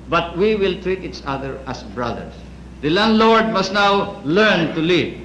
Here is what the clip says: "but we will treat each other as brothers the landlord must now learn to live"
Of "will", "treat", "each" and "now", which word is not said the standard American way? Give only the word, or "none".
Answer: none